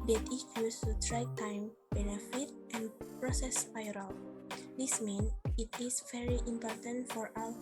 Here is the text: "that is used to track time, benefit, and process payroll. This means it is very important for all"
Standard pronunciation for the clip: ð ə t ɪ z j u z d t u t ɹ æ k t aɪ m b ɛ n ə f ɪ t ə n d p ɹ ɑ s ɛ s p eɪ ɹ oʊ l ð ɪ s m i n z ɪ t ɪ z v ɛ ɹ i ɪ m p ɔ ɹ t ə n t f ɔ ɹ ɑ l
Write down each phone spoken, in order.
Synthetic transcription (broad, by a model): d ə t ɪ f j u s t u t ɹ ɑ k t aɪ m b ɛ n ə f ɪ t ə n p ɹ ɑ s ɛ s f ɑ ɹ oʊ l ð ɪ s m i n s ɪ t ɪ s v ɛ ɹ i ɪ m p ɔ ɹ t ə n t f ɔ ɹ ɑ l